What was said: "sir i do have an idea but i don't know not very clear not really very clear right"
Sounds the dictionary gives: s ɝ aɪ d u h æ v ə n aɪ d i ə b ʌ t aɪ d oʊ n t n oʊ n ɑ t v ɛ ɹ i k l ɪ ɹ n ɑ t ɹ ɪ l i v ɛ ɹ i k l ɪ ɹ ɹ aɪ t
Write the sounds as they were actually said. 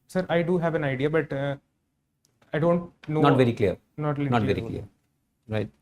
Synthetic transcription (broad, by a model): s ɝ aɪ d u h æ v ə n aɪ d i ə b ʌ t aɪ d oʊ n t n oʊ n ɑ t v ɛ ɹ i k l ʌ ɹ n ɑ t l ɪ n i v ɛ ɹ i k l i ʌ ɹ aɪ t